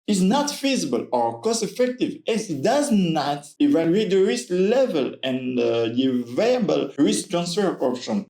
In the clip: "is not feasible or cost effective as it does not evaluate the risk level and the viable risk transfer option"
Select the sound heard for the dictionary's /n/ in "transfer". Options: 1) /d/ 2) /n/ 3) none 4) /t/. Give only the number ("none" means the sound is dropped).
2